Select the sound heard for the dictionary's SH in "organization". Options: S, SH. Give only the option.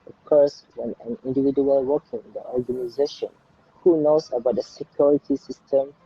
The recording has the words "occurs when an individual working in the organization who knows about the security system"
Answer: SH